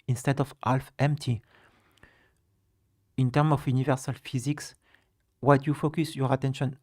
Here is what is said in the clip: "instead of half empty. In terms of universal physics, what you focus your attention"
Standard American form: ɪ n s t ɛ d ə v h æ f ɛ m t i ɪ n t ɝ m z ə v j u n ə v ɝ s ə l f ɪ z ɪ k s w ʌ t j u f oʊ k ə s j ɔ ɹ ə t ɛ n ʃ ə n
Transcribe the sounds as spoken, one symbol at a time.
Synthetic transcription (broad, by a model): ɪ n s t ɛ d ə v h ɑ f ɛ m t i ɪ n t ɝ m ə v j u n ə v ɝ s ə l f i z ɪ k s w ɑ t j u f oʊ k ə s j ɔ ɹ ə t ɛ n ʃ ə n